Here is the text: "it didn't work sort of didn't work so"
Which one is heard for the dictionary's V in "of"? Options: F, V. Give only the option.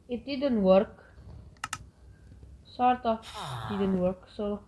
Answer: F